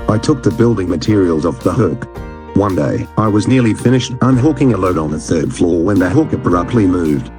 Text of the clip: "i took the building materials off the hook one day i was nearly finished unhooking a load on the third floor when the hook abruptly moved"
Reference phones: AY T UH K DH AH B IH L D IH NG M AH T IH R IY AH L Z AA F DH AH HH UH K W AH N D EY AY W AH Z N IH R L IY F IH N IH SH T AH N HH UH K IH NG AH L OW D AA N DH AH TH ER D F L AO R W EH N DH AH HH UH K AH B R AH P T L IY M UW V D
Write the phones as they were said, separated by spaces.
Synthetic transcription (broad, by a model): AY T UH K DH AH B IH L D IH NG M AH T IH R IY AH L Z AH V DH AH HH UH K W AH N D EY AY W AH Z N IH R L IY F IH N IH SH T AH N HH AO K IH NG AH L OW D N DH AH TH ER D F L AO R W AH N DH AH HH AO K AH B R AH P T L IY M UW V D